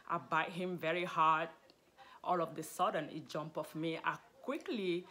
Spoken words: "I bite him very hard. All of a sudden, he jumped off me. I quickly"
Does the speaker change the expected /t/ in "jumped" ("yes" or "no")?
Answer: yes